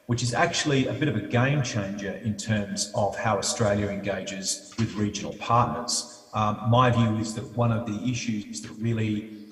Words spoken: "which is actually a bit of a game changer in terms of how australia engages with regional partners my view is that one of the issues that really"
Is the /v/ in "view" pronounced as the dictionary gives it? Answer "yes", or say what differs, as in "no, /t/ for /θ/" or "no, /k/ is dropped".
yes